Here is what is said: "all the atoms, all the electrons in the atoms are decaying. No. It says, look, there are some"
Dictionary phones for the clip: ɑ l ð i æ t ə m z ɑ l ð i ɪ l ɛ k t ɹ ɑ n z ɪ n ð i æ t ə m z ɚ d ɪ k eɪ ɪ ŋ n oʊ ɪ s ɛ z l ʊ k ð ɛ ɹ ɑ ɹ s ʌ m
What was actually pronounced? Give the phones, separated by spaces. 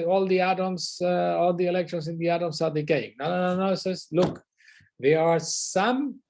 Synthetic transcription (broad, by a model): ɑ l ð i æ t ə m s ɑ l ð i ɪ l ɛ k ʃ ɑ n s ɪ n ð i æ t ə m s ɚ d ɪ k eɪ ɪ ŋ n oʊ ɪ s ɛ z l ʊ k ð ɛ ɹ ɑ ɹ s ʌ m